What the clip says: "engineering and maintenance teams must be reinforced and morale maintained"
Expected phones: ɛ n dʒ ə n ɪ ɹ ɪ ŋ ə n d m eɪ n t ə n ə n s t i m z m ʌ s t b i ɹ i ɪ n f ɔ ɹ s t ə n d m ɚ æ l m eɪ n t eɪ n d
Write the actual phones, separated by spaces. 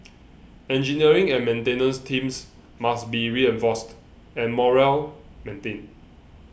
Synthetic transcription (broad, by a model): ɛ n dʒ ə n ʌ ɹ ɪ ŋ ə n m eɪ n t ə n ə n s t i m s m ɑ s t b i ɹ i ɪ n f ɔ s t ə n m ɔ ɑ l m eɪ n t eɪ n